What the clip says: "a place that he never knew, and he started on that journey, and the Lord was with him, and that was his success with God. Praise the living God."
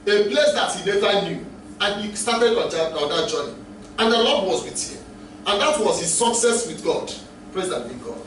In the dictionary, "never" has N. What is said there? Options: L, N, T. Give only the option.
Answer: L